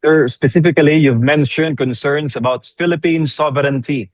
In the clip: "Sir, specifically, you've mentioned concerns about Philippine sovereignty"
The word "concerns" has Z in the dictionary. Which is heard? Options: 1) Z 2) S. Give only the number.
2